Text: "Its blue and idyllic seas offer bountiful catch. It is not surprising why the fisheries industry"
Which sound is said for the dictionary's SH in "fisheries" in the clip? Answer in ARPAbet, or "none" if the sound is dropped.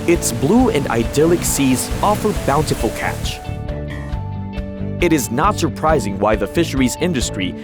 SH